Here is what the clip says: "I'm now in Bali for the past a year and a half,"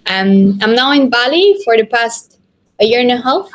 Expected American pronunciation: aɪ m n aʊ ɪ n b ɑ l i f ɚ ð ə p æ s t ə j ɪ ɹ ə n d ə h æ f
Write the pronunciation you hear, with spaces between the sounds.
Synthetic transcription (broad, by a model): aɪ m n aʊ ɪ n b ɑ l i f ɚ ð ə p æ s t ə j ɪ ɹ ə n ə h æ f